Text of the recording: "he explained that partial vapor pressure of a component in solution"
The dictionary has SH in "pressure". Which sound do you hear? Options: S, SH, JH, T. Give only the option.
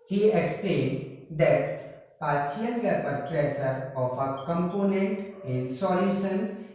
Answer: S